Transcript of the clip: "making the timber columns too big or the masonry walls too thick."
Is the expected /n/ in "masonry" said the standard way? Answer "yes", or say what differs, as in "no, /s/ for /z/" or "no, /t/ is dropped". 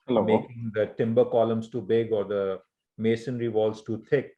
yes